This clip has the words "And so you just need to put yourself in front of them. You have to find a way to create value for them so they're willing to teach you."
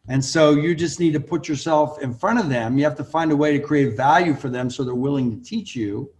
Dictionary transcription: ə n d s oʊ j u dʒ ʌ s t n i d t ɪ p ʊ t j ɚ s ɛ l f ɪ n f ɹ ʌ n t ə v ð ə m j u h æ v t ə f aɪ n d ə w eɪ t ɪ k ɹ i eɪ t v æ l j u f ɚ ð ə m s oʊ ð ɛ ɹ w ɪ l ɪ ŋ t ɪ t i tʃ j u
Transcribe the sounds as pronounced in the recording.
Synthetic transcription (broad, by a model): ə n s oʊ j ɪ dʒ ʌ s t n i d t ɪ p ʊ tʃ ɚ s ɛ l f ɪ n f ɹ ʌ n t ə v ð ə m j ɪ h æ f t ə f aɪ n d ə w eɪ t ɪ k ɹ i eɪ t v æ l j u f ɚ ð ə m s oʊ ð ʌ ɹ w ɪ l ɪ ŋ t ɪ t i tʃ j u